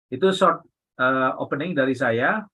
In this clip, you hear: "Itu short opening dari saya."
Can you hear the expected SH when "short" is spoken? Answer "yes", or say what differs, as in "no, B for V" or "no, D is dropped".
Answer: no, S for SH